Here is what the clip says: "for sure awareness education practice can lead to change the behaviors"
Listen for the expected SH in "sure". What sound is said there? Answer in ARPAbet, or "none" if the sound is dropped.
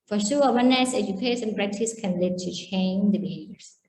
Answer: S